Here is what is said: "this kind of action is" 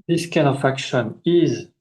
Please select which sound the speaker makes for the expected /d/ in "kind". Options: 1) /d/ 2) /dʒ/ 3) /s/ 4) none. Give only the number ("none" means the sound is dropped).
4